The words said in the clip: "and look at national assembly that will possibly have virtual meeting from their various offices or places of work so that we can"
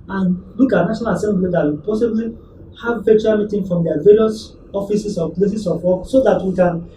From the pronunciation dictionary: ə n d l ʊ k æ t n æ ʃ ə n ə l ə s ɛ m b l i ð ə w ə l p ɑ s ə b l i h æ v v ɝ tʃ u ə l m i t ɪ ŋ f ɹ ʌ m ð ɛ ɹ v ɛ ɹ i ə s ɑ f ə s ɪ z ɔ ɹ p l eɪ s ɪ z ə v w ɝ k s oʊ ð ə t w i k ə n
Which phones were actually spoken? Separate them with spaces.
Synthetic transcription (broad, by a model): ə n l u k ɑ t n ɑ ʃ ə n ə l ə s ɛ m b l i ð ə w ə p ɑ s ə b l i h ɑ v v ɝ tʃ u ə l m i t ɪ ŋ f ɹ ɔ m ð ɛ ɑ v ɛ ɹ i ə s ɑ f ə s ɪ s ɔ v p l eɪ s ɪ s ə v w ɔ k s oʊ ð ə t w i k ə n